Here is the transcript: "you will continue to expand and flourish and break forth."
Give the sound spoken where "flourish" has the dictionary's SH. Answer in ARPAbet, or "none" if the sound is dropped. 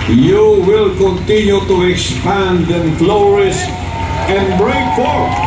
S